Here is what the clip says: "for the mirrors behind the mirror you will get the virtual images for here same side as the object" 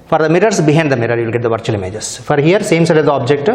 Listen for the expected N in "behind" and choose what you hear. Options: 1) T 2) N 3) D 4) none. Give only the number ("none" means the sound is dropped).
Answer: 4